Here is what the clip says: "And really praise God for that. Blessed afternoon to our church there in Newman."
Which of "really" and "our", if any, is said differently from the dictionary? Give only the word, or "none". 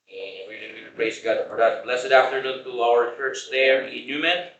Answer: really